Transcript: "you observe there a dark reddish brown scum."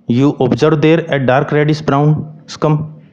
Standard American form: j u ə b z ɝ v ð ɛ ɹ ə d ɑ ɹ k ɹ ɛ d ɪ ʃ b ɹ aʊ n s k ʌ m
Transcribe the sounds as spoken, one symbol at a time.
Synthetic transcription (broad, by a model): j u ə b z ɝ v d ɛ ɹ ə d ɑ ɹ k ɹ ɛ d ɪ s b ɹ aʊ n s k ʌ m